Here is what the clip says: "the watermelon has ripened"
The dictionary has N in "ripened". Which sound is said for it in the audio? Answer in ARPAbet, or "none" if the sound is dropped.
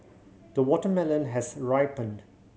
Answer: N